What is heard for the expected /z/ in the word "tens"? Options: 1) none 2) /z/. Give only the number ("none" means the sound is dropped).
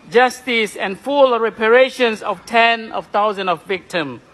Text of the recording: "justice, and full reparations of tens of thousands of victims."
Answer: 1